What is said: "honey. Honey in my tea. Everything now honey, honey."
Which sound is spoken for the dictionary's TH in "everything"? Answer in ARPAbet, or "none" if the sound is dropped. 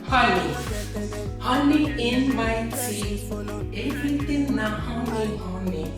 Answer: T